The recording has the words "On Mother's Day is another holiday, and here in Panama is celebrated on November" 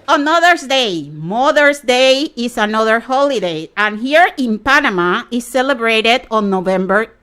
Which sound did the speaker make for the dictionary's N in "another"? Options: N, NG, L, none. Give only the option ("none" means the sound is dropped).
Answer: N